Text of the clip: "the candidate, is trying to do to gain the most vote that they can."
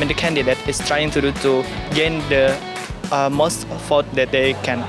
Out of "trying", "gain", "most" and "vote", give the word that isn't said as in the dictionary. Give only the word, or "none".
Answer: vote